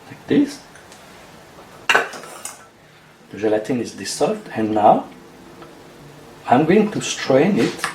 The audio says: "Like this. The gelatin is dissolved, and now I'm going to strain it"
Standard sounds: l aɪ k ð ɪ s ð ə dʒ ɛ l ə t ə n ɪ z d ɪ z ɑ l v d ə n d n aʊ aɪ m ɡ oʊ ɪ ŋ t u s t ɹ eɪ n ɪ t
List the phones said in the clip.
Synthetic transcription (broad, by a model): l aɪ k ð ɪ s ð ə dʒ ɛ l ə t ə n ɪ z d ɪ s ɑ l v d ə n n aʊ aɪ m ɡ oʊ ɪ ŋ t u s t ɹ eɪ n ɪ t